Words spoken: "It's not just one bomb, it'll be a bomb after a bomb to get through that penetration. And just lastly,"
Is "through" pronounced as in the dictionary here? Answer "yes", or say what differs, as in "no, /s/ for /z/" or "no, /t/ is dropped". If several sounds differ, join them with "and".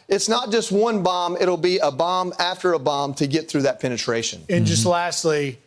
yes